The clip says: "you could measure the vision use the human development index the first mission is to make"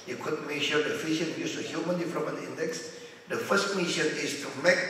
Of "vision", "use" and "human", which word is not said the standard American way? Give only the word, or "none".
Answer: vision